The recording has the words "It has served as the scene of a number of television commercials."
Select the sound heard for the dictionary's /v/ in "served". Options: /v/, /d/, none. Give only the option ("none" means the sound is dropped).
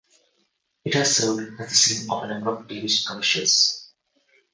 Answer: none